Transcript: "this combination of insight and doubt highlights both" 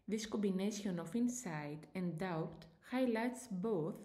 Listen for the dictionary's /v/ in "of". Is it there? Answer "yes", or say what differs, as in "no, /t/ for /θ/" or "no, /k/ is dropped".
no, /f/ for /v/